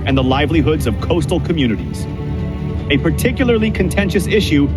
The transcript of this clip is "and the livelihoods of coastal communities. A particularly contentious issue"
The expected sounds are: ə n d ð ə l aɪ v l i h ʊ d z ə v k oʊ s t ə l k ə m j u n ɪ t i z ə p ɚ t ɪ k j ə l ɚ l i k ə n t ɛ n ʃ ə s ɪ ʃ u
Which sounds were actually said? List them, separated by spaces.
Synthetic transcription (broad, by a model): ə n ð ə l aɪ v l i h ʊ d z ə v k oʊ s t l k ə m j u n ɪ t i z ə p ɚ t ɪ k j l ɚ l i k ə n t ɛ n ʃ ə s ɪ ʃ u